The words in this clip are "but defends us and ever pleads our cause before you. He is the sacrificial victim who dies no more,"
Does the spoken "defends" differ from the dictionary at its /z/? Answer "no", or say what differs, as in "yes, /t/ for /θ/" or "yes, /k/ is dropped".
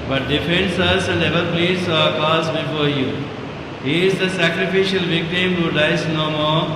yes, /s/ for /z/